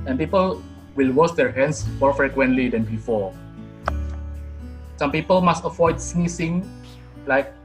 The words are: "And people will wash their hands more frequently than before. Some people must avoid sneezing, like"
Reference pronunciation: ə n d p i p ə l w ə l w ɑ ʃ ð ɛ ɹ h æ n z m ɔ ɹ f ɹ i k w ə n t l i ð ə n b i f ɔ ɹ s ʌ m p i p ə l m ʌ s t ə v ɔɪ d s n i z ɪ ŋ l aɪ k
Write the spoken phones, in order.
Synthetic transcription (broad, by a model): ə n p i p ə l w ə l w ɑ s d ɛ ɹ h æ n s m ɔ ɹ f ɹ i k w ə n t l i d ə n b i f ɔ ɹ s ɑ m p i p ə l m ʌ s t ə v ɔɪ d s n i s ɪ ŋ l aɪ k